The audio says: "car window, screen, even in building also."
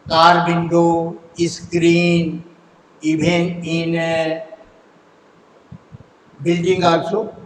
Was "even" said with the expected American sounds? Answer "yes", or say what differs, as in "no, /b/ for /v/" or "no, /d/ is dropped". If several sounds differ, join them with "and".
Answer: no, /b/ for /v/